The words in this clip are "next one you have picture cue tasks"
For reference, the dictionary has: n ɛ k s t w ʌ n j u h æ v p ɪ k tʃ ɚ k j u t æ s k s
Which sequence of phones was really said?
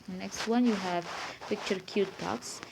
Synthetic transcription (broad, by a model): n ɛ k s t w ʌ n j u h æ v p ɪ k tʃ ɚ k j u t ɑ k s